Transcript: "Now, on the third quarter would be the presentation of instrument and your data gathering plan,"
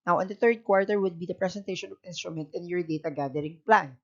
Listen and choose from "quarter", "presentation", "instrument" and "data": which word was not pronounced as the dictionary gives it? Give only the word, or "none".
presentation